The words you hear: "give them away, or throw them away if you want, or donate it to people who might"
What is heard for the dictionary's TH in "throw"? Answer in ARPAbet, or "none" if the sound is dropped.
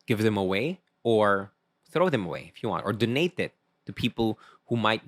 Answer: TH